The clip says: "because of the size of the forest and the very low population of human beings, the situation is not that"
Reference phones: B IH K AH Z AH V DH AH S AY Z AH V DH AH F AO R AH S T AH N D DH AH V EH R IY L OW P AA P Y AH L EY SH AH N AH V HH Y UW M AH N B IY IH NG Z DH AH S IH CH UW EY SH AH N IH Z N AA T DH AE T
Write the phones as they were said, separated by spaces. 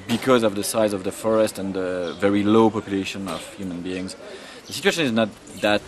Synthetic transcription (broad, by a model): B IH K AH Z AH V DH AH S AY Z AH V DH AH F AO R AH S T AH N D DH AH V EH R IY L OW P AA P Y AH L EY SH AH N AH V HH Y UW M AH N B IY IH NG Z DH AH S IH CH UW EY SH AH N IH Z N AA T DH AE T